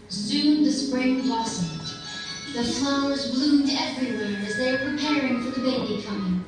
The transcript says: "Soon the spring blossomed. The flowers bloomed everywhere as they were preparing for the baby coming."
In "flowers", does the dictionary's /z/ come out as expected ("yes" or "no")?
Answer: yes